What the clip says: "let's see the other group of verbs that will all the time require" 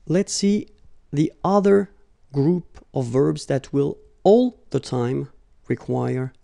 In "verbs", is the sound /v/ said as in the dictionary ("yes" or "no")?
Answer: yes